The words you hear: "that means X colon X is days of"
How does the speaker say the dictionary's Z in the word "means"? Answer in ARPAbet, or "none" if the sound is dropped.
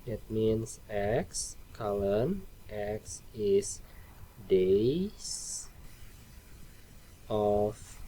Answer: S